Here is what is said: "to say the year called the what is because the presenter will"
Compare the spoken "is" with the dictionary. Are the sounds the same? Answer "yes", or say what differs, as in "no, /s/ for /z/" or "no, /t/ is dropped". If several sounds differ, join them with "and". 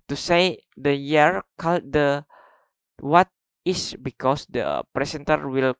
no, /s/ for /z/